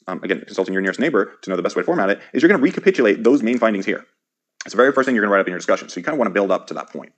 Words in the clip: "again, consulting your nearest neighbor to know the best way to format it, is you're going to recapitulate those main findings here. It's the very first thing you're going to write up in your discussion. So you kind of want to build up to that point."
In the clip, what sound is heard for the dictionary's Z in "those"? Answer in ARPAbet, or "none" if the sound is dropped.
Z